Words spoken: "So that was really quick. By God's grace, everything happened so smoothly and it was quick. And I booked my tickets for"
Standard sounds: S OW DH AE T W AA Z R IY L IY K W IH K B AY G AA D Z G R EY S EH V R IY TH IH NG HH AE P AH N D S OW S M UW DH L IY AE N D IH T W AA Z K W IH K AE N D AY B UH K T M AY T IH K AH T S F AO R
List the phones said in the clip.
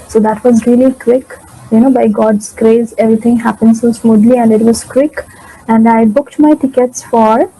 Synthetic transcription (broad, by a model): S OW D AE T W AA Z R IY L IY K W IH K B AY G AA D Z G R EY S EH V R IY T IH NG HH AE P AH N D S OW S M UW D L IY AE N D IH T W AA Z K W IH K AE N D AY B UH K T M AY T IH K AH T S F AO R